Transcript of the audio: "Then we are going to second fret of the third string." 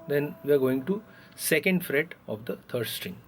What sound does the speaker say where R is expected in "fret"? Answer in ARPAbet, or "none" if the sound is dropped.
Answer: R